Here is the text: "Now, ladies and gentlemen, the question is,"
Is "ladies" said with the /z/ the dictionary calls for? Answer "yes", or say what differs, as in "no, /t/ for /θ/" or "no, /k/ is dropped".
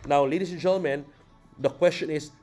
no, /s/ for /z/